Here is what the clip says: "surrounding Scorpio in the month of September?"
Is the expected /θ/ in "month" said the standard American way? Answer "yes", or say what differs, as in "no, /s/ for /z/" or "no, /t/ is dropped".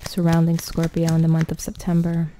yes